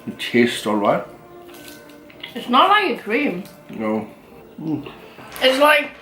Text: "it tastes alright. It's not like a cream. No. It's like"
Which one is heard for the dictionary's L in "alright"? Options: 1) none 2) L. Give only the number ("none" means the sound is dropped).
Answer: 2